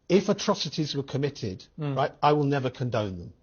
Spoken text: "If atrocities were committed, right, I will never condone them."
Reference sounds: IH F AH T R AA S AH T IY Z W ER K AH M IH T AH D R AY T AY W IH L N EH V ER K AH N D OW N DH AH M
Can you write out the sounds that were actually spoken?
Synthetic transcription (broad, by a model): IH F AH T R AA S AH T IY Z W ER K AH M IH T AH D R AY T AY W IH L N EH V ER K AH N D OW N DH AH M